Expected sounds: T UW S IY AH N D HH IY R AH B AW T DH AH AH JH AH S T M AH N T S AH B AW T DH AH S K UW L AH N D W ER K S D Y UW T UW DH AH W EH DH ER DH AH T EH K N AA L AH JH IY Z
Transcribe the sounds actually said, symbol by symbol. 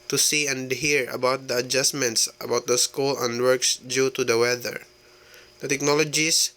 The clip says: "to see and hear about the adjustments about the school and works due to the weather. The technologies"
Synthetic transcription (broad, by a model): T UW S IY AH N D HH IY R AH B AW T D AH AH JH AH S M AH N T S AH B AW T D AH S K UW L AH N D W ER K S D Y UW T UW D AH W EH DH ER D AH T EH K N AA L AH JH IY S